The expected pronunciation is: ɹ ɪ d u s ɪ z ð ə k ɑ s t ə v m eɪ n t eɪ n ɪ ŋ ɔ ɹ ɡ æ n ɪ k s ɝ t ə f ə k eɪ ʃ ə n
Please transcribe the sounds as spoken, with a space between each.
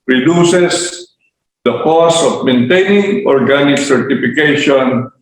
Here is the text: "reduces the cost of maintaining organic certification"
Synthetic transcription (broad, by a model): ɹ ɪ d u s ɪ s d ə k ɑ s ə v m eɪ n t eɪ n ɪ ŋ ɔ ɹ ɡ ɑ n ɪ k s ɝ t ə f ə k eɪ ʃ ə n